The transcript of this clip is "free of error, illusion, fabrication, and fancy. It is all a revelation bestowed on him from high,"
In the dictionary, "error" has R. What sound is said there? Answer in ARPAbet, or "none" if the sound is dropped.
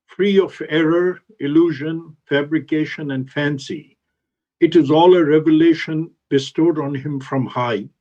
R